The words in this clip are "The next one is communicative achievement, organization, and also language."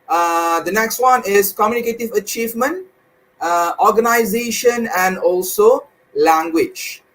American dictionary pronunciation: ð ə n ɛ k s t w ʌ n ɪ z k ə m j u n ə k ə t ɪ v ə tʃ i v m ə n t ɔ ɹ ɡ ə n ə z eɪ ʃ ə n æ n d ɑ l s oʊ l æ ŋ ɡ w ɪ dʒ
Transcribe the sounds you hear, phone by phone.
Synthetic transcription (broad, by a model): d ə n ɛ k s t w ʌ n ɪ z k ə m j u n ə k ə t ɪ v ə tʃ i v m ə n t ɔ ɹ ɡ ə n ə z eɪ ʃ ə n æ n d ɑ l s oʊ l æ ŋ ɡ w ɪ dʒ